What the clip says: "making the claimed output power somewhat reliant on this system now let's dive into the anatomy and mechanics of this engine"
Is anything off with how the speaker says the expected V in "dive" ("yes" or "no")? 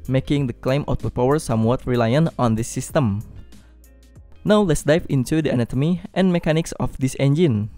yes